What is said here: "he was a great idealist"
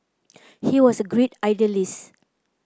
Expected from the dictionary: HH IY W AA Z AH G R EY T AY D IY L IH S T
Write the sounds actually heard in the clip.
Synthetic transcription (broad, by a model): HH IY W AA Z AH G R EY T AY D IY L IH S